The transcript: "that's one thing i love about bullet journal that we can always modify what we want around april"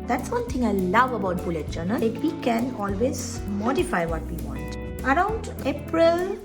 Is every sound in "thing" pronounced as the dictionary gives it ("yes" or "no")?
no